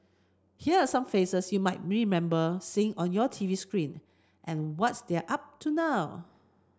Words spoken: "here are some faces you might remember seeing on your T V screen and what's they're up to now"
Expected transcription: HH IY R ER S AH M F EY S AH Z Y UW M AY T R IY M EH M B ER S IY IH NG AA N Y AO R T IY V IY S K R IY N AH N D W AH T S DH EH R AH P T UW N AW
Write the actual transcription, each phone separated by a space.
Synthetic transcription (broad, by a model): HH IY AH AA S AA M F EY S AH S Y UW M AY T R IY M EH M B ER S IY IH NG AA N Y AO T IY V IY S K R IY N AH N W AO T S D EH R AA P T UW N AW